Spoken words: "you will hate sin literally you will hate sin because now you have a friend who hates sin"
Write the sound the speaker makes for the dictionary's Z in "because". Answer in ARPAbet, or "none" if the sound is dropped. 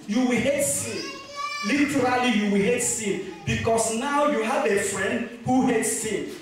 S